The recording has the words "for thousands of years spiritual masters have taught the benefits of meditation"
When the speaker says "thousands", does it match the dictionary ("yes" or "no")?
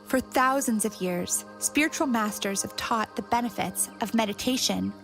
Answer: yes